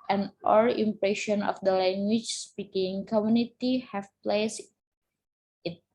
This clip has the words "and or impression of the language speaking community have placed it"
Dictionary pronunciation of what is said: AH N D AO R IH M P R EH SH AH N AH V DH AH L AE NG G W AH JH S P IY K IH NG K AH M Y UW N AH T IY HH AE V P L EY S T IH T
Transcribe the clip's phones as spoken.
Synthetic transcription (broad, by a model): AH N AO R IH M P R EH SH AH N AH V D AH L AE NG G W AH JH S P IY K IH NG K AH M Y UW N AH T IY HH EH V P L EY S IH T